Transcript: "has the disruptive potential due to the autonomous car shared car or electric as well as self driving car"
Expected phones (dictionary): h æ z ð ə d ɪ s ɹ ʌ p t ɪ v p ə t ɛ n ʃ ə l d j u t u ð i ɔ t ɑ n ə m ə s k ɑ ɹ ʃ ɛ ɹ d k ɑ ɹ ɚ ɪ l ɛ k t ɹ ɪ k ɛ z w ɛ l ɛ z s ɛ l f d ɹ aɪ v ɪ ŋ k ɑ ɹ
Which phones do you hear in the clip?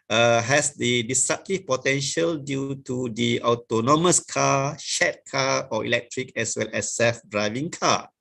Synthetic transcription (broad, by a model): h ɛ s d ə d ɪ s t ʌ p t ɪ p ə t ɛ n ʃ ə l d j u t u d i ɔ t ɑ n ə m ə s k ɑ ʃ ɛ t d k ɑ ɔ ɪ l ɛ k t ɹ ɪ k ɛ s w ɛ l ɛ s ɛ f d ɹ aɪ v ɪ ŋ k ɑ